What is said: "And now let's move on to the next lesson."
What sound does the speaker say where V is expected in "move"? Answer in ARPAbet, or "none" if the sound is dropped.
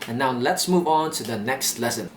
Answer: V